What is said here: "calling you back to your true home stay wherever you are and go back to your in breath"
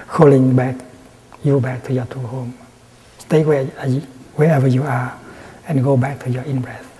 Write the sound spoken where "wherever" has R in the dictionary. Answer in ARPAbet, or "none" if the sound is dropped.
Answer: W